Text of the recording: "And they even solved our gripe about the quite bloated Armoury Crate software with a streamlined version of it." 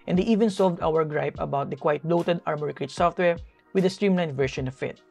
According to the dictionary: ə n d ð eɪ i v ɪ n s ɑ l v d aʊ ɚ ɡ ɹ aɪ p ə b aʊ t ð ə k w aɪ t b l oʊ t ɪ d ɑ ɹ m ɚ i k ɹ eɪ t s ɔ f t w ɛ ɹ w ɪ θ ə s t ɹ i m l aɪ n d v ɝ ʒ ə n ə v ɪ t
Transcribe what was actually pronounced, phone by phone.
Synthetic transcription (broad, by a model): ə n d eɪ i v ɪ n s ɑ l v d aʊ ɚ ɡ ɹ aɪ p ə b aʊ t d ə k w aɪ t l oʊ t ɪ d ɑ ɹ m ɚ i k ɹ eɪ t s ɔ f t w ɛ ɹ w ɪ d ə s t ɹ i m l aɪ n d v ɝ ʃ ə n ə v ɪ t